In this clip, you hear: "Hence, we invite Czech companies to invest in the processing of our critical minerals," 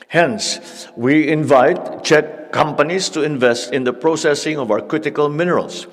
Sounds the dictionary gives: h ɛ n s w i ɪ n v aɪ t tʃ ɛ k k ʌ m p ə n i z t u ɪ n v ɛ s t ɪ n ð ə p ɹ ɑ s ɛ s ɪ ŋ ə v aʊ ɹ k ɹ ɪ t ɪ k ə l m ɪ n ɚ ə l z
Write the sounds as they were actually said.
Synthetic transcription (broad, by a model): h ɛ n s w i ɪ n v aɪ t tʃ ɛ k k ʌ m p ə n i s t u ɪ n v ɛ s t ɪ n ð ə p ɹ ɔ s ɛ s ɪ ŋ ə v aʊ ɹ k ɹ ɪ t ɪ k ə l m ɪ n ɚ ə l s